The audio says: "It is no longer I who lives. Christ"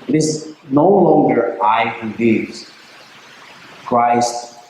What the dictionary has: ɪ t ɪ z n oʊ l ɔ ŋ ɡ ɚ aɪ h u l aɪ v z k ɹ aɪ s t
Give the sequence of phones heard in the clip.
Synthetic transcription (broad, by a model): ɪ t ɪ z n oʊ l ɔ ŋ ɡ ɚ aɪ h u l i z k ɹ aɪ s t